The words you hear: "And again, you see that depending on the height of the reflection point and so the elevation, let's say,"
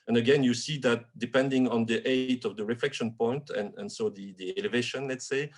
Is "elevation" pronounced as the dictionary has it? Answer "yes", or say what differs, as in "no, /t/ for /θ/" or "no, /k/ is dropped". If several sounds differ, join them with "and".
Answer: yes